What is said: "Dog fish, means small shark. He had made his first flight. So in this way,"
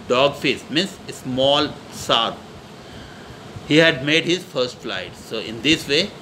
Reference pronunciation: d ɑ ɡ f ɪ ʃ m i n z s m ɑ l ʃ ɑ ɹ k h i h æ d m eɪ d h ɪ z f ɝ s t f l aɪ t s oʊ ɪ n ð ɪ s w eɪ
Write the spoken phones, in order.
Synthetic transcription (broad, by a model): d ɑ ɡ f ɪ s m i n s s m ɑ l s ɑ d h i h æ d m eɪ d h ɪ z f ɝ s t f l aɪ t s oʊ ɪ n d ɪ s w eɪ